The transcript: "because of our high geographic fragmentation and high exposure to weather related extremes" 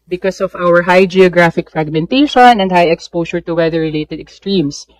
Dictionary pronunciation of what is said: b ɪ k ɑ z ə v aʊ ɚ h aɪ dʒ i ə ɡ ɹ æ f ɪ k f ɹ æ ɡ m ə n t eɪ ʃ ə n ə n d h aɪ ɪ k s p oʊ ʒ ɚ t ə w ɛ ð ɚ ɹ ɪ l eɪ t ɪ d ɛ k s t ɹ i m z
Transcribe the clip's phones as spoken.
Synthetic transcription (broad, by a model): b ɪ k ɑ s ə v aʊ ɚ h aɪ dʒ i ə ɡ ɹ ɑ f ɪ k f ɹ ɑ ɡ m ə n t eɪ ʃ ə n ə n d h aɪ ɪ k s p oʊ ʃ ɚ t ə w ɛ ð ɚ ɹ ɪ l eɪ t ɪ d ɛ k s t ɹ i m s